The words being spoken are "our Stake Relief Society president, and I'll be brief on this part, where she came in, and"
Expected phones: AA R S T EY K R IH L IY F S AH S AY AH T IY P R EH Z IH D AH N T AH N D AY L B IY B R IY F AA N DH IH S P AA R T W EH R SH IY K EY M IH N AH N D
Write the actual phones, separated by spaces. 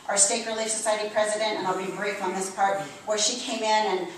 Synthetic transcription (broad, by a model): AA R S T EY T R IH L IY F S AH S AY AH T IY P R EH Z IH D AH N T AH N AY L B IY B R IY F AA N DH IH S P AA R T W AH R SH IY K EY M IH N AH N